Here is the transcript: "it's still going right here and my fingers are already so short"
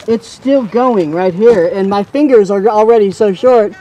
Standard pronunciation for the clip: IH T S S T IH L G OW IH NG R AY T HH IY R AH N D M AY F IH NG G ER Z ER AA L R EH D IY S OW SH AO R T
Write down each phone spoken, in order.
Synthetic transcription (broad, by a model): IH T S S T IH L G OW IH NG R AY T HH IY R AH N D M AY F IH NG G ER Z ER L R EH D IY S OW SH AO R T